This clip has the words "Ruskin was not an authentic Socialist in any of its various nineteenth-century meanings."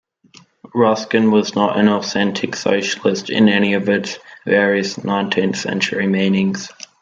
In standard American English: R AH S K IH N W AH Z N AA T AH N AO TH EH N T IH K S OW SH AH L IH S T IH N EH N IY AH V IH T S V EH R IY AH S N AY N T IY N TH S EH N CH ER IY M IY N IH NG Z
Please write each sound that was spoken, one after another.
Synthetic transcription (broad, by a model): R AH S K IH N W AH Z N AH T AH N AO TH EH N T IH K S OW SH AH L IH S T IH N EH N IY AH V IH T S V EH R IY AH S N AY N T IY N TH S EH N CH ER IY M IY N IH NG Z